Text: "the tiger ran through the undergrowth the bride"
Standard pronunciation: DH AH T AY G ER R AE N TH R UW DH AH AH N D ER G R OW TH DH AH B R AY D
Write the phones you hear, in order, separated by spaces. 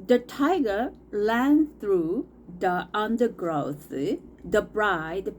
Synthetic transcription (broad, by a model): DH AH T AY G ER L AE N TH R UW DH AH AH N D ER G R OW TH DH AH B R AY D